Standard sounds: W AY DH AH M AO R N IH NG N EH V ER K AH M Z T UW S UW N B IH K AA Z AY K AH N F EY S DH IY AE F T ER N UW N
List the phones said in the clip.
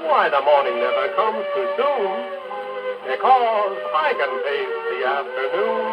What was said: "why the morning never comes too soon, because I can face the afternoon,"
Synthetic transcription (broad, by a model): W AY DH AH M AO R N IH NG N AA IH K AH M Z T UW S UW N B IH K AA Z AY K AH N P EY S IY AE F T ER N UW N